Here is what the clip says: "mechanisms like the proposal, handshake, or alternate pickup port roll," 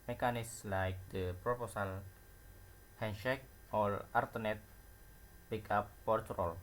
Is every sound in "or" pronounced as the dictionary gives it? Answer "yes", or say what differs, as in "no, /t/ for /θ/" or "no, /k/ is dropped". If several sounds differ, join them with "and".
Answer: no, /l/ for /ɹ/